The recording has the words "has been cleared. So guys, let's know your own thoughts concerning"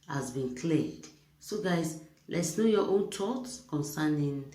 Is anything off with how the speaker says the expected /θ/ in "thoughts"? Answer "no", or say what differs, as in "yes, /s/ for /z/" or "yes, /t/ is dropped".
yes, /t/ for /θ/